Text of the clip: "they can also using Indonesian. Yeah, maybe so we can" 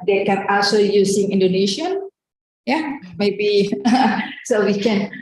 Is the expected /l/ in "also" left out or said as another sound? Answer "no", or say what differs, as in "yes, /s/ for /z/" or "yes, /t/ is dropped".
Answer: yes, /l/ is dropped